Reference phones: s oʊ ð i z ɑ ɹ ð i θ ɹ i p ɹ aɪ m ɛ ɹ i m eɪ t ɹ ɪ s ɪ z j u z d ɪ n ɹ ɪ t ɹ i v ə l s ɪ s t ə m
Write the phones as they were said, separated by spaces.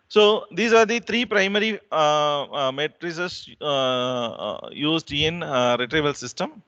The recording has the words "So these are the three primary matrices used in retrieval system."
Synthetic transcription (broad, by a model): s oʊ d i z ɑ ɹ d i t ɹ i p ɹ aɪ m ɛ ɹ i m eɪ t ɹ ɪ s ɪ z j u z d ɪ n ɹ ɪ t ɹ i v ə l s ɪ s t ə m